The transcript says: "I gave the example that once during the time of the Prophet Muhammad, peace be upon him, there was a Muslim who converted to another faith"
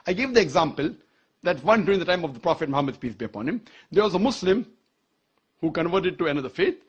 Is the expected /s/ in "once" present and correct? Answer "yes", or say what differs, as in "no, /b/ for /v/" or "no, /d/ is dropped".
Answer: no, /s/ is dropped